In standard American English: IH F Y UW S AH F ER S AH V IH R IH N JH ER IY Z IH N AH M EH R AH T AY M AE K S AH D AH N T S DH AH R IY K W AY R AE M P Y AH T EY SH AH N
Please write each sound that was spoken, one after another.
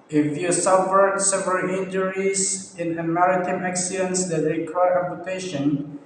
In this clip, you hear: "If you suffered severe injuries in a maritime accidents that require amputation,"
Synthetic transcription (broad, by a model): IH F Y UW S AH F ER S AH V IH L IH N JH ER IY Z IH N AH M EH R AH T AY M AE K S AH D AH N T S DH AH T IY K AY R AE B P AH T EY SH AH N